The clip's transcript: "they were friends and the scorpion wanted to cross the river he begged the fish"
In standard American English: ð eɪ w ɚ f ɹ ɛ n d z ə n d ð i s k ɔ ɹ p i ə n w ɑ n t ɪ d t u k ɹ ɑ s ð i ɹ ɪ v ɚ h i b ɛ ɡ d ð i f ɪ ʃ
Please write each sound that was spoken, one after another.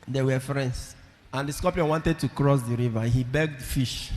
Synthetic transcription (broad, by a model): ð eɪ w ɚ f ɹ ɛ n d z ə n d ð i s k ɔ p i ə w ɑ n t ɪ d t u k ɹ ɑ s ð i ɹ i v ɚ h i b ɛ ɡ d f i ʃ